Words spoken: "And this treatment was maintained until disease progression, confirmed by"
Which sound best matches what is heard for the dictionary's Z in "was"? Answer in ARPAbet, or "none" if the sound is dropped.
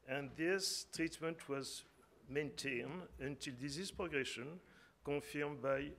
Z